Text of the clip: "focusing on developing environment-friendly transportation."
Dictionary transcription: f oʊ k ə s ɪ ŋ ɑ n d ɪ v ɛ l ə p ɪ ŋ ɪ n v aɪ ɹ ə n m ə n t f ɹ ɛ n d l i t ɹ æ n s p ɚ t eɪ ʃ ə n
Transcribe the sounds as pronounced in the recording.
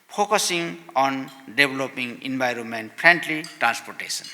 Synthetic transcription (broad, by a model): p oʊ k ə s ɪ ŋ ɑ n d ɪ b l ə p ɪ ŋ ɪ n b aɪ ɹ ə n m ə n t p ɹ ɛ n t l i t ɹ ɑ n s p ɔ t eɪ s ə n